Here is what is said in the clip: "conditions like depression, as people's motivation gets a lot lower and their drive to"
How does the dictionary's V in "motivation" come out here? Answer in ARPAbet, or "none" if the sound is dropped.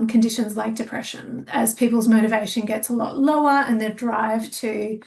V